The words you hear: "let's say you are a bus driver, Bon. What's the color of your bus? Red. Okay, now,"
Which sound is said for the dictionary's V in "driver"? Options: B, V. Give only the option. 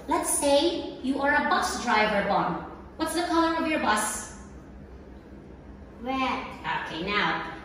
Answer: V